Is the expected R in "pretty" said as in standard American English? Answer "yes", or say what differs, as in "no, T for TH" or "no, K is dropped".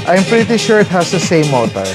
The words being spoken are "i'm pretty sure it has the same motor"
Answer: yes